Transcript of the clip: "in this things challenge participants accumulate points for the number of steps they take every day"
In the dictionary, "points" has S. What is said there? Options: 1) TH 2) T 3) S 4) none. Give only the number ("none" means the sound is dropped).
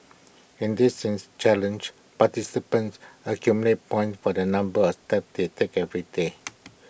4